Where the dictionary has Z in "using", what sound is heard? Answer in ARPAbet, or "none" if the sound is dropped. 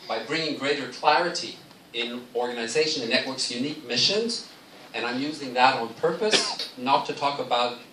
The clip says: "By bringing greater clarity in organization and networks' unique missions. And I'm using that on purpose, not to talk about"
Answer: Z